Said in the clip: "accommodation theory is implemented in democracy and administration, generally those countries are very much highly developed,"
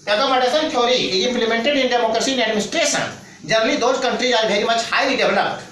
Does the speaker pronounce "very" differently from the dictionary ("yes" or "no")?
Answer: yes